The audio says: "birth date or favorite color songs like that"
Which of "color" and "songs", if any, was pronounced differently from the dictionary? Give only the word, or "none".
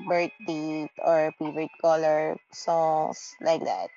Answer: songs